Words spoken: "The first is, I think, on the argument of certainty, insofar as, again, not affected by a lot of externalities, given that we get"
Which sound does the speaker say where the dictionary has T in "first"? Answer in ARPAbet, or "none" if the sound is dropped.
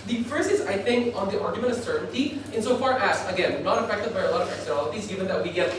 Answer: none